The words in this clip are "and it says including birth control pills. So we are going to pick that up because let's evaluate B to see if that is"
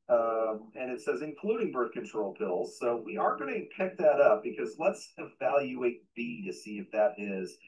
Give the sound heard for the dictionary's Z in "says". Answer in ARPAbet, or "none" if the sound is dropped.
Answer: Z